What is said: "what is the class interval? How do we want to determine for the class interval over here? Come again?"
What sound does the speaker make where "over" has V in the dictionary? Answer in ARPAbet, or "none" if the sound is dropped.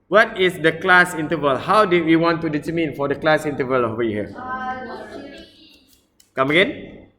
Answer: W